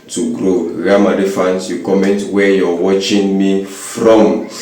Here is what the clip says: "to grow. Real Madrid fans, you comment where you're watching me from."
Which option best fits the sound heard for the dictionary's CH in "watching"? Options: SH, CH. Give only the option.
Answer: CH